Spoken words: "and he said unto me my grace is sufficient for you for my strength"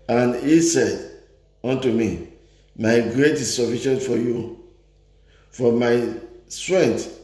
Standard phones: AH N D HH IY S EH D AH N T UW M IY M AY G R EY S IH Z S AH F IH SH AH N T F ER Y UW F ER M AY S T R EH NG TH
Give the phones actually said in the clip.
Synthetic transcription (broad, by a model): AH N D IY S EH D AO N T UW M IY M AY G R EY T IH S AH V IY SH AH N F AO Y UW F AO M AY S T R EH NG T